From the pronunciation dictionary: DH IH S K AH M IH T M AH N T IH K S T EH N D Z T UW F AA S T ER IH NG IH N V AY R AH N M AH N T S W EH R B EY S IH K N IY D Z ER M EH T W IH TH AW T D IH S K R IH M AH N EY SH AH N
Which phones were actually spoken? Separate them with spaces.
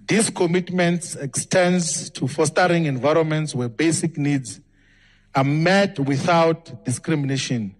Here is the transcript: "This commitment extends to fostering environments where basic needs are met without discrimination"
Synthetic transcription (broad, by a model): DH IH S K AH M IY T M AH N T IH K S T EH N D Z T UW F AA S T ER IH NG IH N V AY R AH N M AH N T S W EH B EY S IH K N IY D Z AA M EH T W IH TH AW T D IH S K R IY M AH N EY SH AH N